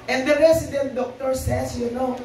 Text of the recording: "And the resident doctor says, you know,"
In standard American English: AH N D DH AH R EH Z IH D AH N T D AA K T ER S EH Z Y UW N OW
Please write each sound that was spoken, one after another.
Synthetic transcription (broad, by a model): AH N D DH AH R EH S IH D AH N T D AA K T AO S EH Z Y UW N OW